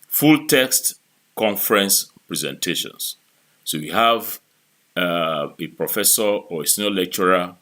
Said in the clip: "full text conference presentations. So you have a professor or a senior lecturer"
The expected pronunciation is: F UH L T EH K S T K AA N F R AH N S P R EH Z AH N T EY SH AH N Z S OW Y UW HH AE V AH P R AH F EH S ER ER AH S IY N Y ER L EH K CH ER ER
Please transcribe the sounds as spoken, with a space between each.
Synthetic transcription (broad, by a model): F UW L T EH K S T K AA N F R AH N S P R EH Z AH N T EY SH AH N S OW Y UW HH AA V AH P R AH F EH S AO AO AH S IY N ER L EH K CH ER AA